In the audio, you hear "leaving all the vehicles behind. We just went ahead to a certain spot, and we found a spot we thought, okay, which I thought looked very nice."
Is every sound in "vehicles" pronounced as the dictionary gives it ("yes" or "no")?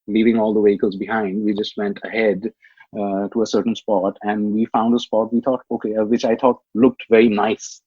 yes